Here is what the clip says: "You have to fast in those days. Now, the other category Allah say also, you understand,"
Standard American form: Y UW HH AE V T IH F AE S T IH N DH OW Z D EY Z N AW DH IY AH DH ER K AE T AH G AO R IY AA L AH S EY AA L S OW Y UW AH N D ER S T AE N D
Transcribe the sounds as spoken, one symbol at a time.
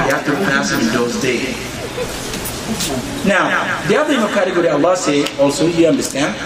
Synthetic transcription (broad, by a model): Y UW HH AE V T IH P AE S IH IH N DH OW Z D EY Z N AW DH IY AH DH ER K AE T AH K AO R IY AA L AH S EY AA L S OW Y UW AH N D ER S T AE N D